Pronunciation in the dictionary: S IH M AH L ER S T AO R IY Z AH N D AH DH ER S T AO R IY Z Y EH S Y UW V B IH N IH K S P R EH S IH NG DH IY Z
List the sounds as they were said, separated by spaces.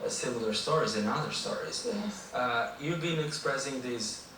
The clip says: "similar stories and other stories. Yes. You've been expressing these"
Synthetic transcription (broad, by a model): S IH M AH L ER S T AO R IY Z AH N AH DH ER S T AO R IY Z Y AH Y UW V B IH N IH K S P R EH S IH NG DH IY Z